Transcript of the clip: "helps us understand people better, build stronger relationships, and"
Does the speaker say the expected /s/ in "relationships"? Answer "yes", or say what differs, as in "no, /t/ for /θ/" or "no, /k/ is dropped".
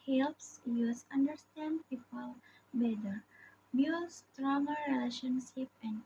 no, /s/ is dropped